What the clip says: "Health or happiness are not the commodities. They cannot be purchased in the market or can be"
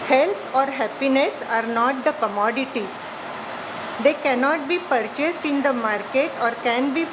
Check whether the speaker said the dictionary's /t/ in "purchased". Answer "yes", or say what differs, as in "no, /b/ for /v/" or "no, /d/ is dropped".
yes